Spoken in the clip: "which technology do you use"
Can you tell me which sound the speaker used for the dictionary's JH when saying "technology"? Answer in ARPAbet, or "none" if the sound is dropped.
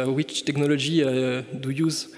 ZH